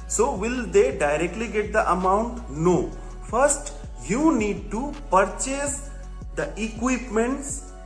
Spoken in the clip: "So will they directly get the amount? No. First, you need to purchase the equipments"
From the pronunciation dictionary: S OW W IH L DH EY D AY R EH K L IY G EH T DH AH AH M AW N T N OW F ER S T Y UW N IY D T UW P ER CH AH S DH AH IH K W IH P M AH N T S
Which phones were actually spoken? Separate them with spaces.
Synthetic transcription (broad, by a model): S OW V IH L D EY D AY R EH K L IY G EH T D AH AH M AW N T N OW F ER S T Y UW N IY D T UW P ER CH AH S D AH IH K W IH P M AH N T S